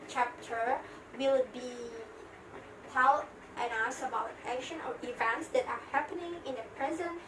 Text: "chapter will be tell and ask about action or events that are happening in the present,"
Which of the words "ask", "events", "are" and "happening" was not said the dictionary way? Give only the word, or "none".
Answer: ask